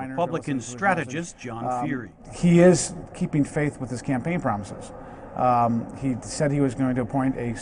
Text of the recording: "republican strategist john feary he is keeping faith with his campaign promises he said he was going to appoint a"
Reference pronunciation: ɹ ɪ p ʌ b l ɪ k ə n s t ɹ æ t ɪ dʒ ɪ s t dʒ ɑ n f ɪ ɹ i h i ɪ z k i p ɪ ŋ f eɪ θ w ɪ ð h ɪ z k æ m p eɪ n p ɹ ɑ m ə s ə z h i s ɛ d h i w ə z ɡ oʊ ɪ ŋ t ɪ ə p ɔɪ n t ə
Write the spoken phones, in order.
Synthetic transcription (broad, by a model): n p ʌ b l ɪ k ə n s t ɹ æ t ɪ dʒ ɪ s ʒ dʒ ɑ n f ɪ ɹ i h i ɪ z k i p ɪ ŋ f eɪ θ w ɪ ð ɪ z k æ m p eɪ n p ɹ ɑ m ə s ə z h i s ɛ d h i w ə z ɡ oʊ ɪ ŋ t ɪ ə p ɔɪ n t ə